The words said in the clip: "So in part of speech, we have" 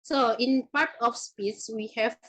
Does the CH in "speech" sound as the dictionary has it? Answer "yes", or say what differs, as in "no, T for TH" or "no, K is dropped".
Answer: no, S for CH